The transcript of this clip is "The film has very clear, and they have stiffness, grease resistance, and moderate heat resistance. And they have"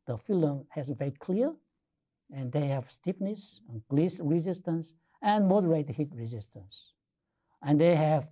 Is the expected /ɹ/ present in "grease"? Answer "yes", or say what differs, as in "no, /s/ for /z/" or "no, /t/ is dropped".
no, /l/ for /ɹ/